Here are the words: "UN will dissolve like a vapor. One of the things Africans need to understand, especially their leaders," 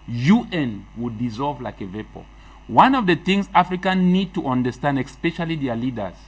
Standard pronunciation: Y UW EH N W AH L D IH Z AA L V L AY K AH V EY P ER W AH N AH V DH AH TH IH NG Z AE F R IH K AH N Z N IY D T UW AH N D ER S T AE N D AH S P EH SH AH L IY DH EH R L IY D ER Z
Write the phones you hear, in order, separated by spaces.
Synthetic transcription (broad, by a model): Y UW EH N W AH D IH Z AA L V L AY K AH V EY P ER W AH N AH V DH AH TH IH NG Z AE F R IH K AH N N IY D T UW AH N D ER S T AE N D AH S P EH SH AH L IY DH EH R L IY D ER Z